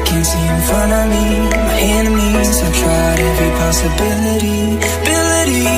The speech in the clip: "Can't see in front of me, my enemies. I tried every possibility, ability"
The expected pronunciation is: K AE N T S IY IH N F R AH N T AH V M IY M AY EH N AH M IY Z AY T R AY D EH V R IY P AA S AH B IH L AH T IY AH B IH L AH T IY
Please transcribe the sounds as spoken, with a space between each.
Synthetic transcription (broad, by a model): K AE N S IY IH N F AH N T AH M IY M AY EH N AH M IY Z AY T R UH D EH V R IY P AA S AH B IH L AH T IY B IH L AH T IY